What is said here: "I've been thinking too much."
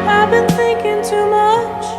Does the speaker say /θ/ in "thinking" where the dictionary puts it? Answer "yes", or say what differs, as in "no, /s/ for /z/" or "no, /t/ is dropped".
yes